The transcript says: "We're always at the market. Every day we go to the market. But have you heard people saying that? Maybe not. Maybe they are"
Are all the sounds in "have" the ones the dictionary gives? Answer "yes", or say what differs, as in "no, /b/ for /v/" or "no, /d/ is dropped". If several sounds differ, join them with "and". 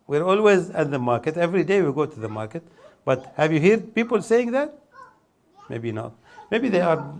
yes